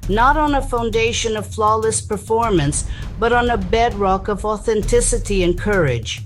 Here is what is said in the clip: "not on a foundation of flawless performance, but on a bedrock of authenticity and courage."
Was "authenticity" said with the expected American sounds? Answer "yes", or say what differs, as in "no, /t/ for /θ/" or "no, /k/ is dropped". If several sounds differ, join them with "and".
yes